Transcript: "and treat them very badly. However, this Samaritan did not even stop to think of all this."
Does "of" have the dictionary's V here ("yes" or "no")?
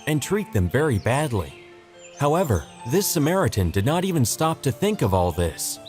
yes